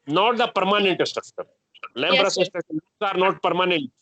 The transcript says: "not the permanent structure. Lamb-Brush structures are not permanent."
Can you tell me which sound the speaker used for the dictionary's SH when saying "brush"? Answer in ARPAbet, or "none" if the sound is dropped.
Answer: S